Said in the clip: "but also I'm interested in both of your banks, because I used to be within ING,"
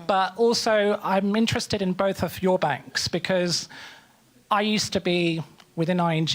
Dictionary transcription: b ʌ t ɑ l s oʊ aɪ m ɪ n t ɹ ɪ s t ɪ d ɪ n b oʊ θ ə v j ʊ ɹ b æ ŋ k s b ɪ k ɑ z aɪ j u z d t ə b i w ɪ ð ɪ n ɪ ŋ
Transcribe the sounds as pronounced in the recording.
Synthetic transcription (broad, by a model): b ʌ t ɑ l s oʊ aɪ m ɪ n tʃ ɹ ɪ s t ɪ d ɪ n b oʊ θ ə v j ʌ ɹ b æ ŋ k s b ɪ k ɑ z aɪ j u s t ə b i w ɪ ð ɪ n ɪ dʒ